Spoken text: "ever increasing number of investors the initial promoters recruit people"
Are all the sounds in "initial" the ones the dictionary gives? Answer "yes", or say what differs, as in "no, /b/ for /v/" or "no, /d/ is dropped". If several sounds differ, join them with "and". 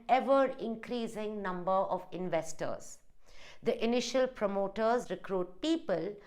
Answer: yes